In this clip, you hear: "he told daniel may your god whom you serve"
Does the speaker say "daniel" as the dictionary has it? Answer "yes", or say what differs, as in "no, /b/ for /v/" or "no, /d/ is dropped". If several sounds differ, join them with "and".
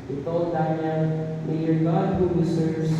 no, /n/ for /l/